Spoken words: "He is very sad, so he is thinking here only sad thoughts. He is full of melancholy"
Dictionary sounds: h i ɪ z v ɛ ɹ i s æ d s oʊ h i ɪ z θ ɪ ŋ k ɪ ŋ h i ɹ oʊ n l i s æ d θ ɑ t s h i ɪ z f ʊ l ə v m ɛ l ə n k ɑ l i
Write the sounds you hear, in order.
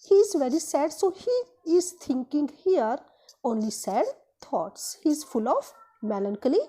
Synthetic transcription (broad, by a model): h i ɪ z v ɛ ɹ i s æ d s oʊ h i ɪ z t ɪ ŋ k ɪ ŋ h i ɹ oʊ n l i s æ d t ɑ t s h i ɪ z f ʊ l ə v m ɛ l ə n k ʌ l i